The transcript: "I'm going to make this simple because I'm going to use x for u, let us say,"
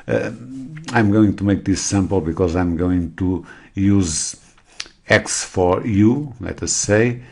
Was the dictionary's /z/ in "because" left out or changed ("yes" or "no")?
no